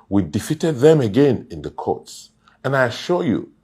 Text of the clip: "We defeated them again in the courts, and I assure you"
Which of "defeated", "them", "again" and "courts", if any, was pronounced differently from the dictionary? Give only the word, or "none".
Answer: none